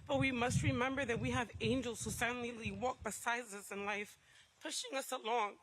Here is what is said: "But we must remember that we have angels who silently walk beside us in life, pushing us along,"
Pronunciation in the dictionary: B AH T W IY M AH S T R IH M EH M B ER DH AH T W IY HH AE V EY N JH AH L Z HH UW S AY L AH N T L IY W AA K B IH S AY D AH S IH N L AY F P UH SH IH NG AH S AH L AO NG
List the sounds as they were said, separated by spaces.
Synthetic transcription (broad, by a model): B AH T W IY M AH S T R IH M EH M B ER DH AH T W IY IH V EY N JH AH L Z HH UW S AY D N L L IY W AA K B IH S AY D AH S IH N L AY F P UH SH IH NG AH S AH L AO NG